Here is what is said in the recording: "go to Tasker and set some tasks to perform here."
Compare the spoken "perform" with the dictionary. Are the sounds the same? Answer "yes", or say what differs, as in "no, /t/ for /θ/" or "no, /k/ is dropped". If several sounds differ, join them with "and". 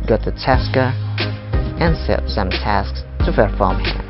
no, /f/ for /p/